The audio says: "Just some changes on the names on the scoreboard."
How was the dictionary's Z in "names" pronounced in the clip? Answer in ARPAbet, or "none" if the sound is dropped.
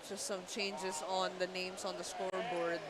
S